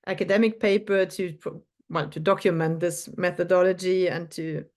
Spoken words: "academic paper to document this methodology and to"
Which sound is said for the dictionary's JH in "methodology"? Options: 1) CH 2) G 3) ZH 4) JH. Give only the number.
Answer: 4